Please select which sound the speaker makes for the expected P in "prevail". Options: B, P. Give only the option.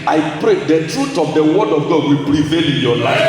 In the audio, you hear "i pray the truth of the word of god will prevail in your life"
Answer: B